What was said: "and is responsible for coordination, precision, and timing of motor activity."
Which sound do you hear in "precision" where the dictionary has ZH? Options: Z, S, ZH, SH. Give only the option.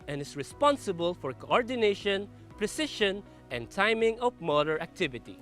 SH